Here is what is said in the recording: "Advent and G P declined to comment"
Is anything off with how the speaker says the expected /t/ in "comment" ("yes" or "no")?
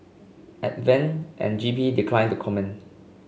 yes